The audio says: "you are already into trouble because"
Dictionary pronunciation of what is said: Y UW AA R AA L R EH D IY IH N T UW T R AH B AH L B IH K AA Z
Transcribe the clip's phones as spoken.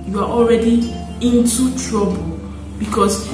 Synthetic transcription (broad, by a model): Y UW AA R AA L R EH D IY IH N T UW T R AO B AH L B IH K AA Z